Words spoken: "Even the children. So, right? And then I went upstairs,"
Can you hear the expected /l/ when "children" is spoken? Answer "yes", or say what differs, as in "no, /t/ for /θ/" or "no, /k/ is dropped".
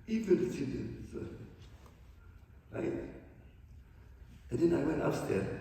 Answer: no, /l/ is dropped